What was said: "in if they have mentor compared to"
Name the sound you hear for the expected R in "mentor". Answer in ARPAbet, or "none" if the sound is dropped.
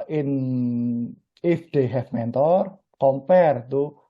R